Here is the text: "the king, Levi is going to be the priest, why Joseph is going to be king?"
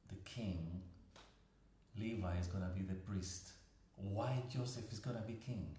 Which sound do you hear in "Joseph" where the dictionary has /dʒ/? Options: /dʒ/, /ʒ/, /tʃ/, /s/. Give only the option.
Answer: /dʒ/